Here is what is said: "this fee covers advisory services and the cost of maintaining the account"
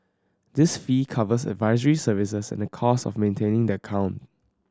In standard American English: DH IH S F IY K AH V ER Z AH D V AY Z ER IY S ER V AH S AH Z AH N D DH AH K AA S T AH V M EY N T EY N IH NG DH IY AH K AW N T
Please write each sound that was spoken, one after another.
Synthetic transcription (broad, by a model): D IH S F IY K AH V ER S AH D V AY Z ER IY S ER V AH S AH S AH N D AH K AA S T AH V M EY N T EY N IH NG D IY AH K AW N T